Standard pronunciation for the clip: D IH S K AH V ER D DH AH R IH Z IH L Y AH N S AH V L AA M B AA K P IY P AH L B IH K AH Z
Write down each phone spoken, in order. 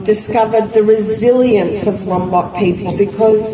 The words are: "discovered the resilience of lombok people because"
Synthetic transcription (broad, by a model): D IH S K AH V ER D DH AH R IH Z IH L Y AH N S AH V W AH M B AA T P IY P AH L B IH K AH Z